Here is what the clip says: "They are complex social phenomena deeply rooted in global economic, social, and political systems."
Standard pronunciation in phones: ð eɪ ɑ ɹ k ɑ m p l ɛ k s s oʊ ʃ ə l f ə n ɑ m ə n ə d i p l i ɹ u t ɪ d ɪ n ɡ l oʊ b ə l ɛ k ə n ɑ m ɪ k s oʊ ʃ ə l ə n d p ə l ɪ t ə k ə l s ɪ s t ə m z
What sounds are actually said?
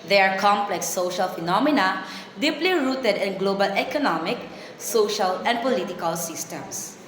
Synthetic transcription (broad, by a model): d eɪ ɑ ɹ k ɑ m p l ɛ k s s oʊ ʃ ə l f ə n ɑ m ə n ə d i p l i ɹ u t ɪ d ɪ n ɡ l oʊ b ə l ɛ k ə n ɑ m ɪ k s oʊ ʃ ə l ə n d p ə l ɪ t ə k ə l s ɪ s t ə m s